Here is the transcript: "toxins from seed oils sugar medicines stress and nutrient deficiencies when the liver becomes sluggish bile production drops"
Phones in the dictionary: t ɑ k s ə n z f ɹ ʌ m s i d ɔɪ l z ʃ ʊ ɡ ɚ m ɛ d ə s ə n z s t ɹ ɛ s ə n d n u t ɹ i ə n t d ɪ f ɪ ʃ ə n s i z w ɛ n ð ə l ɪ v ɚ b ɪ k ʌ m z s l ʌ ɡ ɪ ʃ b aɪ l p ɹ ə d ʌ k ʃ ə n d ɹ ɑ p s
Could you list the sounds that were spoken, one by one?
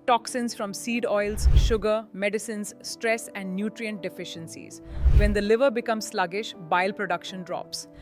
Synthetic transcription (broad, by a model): t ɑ k s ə n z f ɹ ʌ m s i d ɔɪ l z ʃ ʊ ɡ ɚ m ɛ d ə s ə n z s t ɹ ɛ s ə n d n u t ɹ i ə n t d ɪ f ɪ ʃ ə n s i z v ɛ n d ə l ɪ v ɚ b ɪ k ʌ m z s l ʌ ɡ ɪ ʃ b aɪ l p ɹ ə d ʌ k ʃ ə n d ɹ ɑ p s